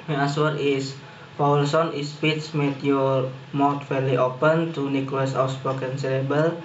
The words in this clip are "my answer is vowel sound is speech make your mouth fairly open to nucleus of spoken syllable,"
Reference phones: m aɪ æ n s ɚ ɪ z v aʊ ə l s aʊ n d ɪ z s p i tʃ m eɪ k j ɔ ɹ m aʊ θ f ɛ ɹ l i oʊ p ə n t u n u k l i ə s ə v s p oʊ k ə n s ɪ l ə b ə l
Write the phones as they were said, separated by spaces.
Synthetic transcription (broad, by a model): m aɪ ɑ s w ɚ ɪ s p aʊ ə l s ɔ n ɪ s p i s m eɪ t j ɔ ɹ m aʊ t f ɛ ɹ l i oʊ p ə n t u n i k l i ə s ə w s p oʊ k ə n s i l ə b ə l